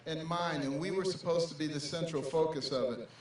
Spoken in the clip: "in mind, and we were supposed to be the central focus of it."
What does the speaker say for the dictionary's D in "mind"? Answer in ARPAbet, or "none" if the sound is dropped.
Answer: none